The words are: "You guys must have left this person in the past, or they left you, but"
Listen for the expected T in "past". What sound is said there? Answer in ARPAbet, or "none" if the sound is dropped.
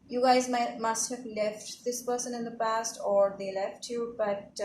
T